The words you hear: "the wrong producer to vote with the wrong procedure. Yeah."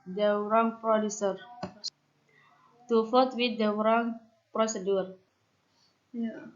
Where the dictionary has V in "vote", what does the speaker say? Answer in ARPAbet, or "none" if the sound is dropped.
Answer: F